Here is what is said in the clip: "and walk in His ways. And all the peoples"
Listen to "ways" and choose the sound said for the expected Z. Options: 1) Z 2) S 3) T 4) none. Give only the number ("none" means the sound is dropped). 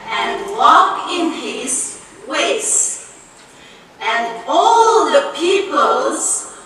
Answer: 2